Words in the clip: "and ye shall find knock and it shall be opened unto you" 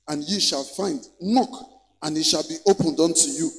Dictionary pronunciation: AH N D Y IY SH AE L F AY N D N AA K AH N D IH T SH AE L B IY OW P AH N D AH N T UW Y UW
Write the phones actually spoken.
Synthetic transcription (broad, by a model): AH N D Y IY SH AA L F AY N D N AA K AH N IH T SH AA L B IY OW P AH N D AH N T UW Y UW